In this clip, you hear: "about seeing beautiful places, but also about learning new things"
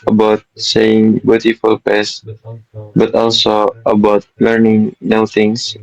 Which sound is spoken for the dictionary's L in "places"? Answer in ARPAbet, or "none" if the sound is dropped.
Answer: none